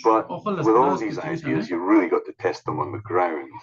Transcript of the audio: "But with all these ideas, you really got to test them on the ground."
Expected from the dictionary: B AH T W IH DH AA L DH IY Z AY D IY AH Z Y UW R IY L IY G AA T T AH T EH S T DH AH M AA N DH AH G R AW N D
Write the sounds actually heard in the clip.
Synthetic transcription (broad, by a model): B AH T W IH DH AA L DH IY Z AY D IY AH Z Y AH R IY L IY G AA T T AH T EH S T DH AH M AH N DH AH G R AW N